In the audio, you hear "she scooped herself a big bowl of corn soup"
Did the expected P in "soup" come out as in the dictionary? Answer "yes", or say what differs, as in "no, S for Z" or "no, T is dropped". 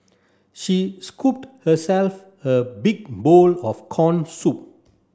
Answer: yes